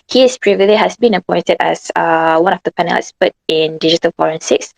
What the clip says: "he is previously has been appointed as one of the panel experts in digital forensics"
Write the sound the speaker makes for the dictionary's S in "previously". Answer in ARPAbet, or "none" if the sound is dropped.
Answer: none